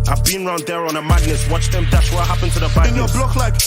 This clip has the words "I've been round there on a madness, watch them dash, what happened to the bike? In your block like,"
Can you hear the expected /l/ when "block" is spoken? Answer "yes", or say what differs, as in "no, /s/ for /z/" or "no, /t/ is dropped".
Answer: yes